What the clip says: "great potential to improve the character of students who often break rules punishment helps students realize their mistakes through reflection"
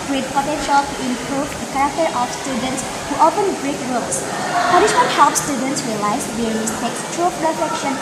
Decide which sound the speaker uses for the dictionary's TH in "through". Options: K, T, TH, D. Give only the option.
T